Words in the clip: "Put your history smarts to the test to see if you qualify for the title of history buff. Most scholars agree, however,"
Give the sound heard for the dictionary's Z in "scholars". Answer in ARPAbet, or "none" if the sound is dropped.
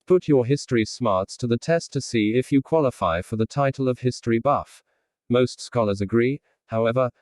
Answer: Z